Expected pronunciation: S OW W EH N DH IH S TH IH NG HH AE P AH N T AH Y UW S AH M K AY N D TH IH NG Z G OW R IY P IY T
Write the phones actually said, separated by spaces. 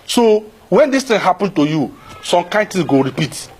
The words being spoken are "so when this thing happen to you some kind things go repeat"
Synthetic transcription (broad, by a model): S OW W EH N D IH S T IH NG HH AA P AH N T AH Y UW S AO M K AY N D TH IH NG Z G OW R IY P IY T